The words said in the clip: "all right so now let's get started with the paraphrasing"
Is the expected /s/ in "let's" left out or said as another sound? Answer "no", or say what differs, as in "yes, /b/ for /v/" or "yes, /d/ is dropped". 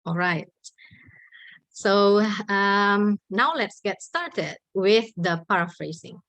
no